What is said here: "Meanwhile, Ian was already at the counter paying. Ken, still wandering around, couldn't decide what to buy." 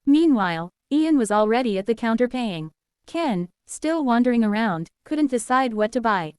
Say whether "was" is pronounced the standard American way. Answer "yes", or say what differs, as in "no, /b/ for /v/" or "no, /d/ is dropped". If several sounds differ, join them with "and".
yes